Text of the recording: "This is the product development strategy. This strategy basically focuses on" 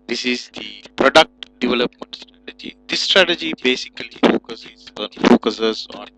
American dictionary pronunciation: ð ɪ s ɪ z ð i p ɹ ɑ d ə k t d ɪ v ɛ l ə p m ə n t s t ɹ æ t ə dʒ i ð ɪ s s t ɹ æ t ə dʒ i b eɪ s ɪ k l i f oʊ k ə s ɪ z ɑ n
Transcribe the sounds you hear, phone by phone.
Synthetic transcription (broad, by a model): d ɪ s ɪ z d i p ɹ ɑ d ə k t d ɪ v ɛ l ə p m ə n t s t ɹ æ t ə dʒ i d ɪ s s t ɹ æ t ə dʒ i b eɪ s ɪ k l i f oʊ k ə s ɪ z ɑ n